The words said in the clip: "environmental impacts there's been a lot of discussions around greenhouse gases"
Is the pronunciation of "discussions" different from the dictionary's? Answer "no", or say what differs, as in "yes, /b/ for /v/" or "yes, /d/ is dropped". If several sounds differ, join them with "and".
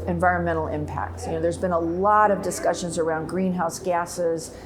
no